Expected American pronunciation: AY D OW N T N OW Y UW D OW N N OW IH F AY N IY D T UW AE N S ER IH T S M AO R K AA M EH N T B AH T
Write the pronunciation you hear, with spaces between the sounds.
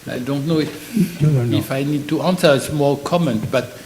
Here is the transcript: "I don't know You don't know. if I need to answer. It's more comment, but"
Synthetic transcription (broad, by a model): AY D OW N T N OW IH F IH F AY N IY D T UW AE N S ER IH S M AO L K AA M EH N T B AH T